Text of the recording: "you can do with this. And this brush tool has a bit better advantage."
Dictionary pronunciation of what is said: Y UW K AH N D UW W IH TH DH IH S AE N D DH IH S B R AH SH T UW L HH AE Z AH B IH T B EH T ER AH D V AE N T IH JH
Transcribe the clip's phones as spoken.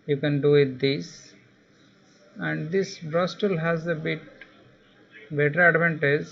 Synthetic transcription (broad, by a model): Y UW K AH N D UW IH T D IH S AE N D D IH S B R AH S T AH L HH AE Z AH B IH T B EH T ER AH D V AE N T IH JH